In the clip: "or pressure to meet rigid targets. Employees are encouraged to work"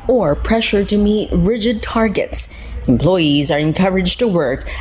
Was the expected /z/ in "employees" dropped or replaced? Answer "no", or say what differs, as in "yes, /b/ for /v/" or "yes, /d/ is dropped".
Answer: no